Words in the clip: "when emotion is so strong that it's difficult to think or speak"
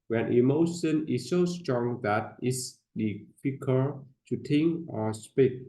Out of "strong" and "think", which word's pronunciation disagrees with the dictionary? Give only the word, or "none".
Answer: think